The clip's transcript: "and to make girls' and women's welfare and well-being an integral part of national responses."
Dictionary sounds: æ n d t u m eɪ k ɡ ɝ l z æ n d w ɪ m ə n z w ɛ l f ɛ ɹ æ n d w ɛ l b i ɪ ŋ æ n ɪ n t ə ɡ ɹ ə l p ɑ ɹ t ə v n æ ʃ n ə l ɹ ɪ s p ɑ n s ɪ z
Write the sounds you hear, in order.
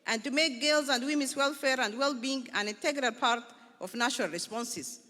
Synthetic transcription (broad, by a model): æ n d t u m eɪ k ɡ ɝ l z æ n d w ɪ m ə n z w ɛ l f ɛ ɹ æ n d w ɛ l b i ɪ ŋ æ n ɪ n t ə ɡ ɹ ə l p ɑ ɹ t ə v n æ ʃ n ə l ɹ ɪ s p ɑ n s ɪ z